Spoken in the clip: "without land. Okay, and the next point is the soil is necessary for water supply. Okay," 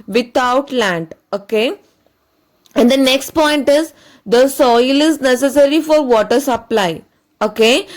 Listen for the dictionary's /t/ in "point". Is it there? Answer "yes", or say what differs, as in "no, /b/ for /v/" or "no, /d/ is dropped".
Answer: yes